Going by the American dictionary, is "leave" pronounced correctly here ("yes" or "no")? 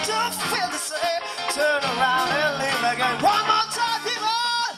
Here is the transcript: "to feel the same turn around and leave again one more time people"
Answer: no